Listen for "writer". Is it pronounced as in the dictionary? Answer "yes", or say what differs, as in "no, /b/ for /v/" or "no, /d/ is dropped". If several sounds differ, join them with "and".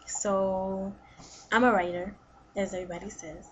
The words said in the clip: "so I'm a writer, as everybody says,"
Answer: yes